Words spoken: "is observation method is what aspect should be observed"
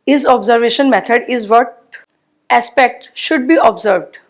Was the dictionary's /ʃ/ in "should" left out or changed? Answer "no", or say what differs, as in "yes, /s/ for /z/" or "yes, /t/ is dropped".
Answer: no